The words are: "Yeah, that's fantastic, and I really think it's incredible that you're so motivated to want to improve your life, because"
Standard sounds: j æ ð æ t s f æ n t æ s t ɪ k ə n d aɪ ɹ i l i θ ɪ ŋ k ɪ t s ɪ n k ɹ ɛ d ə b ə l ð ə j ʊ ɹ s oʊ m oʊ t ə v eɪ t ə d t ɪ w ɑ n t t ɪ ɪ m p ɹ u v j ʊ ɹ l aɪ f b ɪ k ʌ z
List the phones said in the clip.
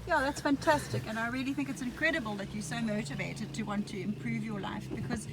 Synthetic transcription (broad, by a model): j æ ð æ t s f æ n t æ s t ɪ k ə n aɪ ɹ i l i θ ɪ ŋ k ɪ t s ɪ n k ɹ ɛ d ə b ə l ð ə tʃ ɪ s oʊ m oʊ t ə v eɪ t ə d t ɪ w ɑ n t t ɪ ɪ m p ɹ u v j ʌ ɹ l aɪ f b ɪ k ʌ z